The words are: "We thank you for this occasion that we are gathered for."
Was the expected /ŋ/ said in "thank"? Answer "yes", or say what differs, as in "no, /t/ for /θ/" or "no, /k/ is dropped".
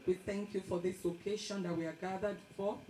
yes